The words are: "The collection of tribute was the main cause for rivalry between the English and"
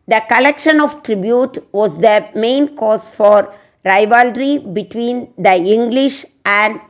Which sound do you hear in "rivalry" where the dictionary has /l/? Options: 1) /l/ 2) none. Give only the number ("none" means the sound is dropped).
1